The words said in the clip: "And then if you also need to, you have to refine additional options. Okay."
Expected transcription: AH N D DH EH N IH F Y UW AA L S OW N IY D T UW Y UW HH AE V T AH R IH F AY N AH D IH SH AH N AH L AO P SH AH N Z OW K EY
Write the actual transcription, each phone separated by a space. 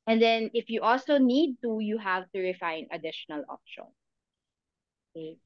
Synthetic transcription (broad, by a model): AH N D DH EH N IH F Y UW AA L S OW N IY D T UW Y UW HH AE V T AH R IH F AY N AH D IH SH AH N AH L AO P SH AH N OW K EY